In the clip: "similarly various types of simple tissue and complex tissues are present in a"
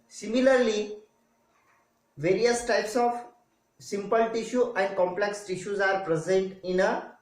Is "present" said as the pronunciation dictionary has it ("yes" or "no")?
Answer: yes